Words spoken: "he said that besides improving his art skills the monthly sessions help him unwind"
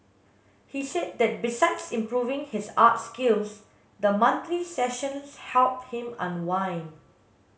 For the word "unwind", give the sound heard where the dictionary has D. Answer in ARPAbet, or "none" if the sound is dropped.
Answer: none